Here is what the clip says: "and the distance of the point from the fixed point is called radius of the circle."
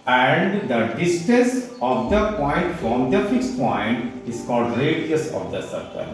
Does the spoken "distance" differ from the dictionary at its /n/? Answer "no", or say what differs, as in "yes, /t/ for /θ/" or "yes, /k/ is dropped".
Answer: yes, /n/ is dropped